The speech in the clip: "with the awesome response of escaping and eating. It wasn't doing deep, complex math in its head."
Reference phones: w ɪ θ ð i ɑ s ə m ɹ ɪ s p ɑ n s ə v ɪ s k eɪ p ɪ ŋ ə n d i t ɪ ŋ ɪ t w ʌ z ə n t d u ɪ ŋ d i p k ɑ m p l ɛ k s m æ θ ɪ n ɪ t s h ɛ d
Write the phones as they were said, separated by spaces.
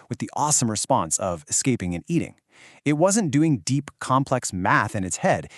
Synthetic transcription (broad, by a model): w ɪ ð i ɑ s ə m ɹ ɪ s p ɑ n s ə v ɪ s k eɪ p ɪ ŋ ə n i t ɪ ŋ ɪ t w ʌ z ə n d u ɪ ŋ d i p k ɑ m p l ɛ k s m æ θ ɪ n ɪ t s h ɛ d